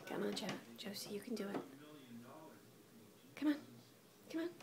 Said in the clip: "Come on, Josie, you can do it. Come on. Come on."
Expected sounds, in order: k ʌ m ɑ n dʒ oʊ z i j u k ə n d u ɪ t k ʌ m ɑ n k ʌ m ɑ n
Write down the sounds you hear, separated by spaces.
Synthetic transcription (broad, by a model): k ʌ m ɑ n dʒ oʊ s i j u k ə n d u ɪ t k ʌ m ɑ n k ʌ m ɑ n